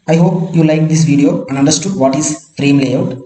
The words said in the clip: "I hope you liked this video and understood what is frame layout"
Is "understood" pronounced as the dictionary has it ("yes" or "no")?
yes